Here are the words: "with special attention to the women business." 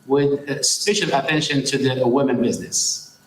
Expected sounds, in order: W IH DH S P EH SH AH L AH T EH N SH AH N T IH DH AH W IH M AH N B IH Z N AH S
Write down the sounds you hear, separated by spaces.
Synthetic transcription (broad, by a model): W IH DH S F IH SH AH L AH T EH N SH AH N T IH DH AH W IH M AH N B IH Z N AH S